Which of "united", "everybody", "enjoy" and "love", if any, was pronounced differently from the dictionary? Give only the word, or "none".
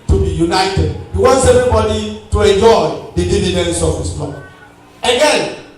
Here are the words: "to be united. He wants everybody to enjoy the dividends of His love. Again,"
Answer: love